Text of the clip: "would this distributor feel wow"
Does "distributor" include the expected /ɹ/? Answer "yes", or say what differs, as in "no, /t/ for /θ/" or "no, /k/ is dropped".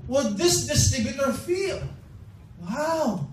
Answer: no, /ɹ/ is dropped